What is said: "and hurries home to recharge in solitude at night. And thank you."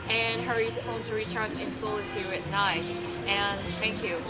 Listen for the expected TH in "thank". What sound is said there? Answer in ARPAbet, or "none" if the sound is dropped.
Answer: TH